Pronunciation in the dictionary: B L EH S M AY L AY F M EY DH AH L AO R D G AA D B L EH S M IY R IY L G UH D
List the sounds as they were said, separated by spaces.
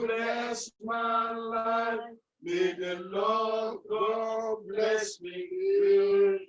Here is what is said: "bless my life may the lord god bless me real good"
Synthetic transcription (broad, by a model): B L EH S M AY L AY F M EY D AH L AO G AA B L EH S M IY W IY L